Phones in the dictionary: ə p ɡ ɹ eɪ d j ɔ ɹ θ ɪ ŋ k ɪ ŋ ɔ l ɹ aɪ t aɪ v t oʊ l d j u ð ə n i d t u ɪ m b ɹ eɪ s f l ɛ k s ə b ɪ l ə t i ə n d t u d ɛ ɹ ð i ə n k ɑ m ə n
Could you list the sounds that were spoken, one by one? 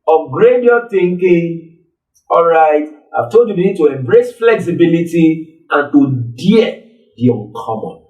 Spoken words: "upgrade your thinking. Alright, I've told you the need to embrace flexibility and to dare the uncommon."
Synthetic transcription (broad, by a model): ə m ɡ ɹ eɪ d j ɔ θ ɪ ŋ k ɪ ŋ ɔ l ɹ aɪ t aɪ v t oʊ l d j u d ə n i d t u ɪ m b ɹ eɪ s f l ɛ k s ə b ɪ l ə t i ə n t u d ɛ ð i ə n k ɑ m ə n